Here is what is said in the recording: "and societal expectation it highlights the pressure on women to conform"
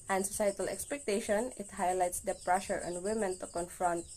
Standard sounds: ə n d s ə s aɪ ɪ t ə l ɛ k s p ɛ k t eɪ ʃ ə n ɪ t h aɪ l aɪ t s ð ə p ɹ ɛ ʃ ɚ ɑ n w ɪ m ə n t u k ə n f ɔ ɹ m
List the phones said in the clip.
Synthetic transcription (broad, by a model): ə n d s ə s aɪ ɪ t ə l ɛ k s p ɛ k t eɪ ʃ ə n ɪ t h aɪ l aɪ t s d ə p ɹ ɛ ʃ ɚ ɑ n w ɪ m ə n t u k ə n f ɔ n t